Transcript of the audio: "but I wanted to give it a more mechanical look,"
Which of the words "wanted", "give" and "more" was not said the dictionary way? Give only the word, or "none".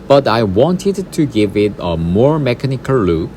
none